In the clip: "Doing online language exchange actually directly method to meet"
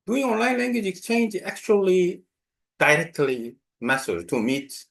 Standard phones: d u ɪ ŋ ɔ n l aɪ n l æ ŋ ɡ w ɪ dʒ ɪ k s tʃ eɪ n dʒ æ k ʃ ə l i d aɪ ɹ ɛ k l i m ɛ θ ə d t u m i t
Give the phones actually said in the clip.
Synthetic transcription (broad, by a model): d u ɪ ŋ ɔ n l aɪ n l æ ŋ ɡ w ɪ dʒ ɪ k s tʃ eɪ n dʒ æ k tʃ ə l i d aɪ ɹ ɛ k l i m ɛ s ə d t u m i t